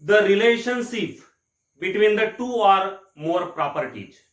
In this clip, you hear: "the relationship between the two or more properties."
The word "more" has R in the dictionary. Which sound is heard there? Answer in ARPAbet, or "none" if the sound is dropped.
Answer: R